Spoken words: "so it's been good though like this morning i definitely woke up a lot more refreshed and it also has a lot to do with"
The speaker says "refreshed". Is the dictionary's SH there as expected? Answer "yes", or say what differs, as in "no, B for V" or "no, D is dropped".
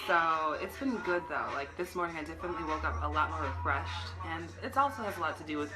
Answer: yes